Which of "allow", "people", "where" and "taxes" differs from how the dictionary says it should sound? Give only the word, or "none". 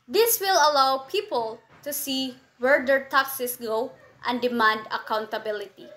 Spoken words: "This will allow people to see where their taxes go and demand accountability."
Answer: taxes